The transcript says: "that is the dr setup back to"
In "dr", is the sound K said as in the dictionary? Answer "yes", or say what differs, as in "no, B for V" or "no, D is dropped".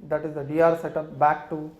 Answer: no, K is dropped